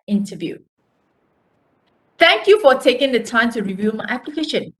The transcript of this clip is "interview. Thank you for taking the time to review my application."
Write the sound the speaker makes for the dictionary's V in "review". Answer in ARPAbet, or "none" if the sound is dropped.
V